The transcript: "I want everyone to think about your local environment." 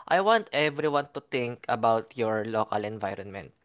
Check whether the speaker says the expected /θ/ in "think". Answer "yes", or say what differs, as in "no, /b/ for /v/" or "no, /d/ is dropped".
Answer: no, /t/ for /θ/